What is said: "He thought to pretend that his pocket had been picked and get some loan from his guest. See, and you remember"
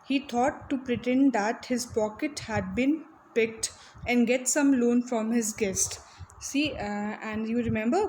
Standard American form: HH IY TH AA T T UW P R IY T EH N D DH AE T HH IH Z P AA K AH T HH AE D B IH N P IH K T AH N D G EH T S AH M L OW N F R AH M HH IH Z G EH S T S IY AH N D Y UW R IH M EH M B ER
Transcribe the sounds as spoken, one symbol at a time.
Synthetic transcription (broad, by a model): HH IY T AA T T UW P R IY T EH N D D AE T HH IH Z P AA K AH T HH AE D B IH N P IH K T AH N D G EH T S AH M L OW N F R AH M HH IH Z G EH S T S IY AH N D Y UW R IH M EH M B ER